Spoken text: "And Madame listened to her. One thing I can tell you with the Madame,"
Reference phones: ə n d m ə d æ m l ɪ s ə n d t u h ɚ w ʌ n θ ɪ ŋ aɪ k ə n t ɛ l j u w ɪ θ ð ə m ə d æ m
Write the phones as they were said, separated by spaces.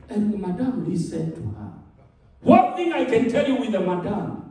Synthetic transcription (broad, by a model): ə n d m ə d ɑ m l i s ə d t u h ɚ w ʌ n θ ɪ ŋ aɪ k ə n t ɛ l j u w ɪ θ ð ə m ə d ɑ m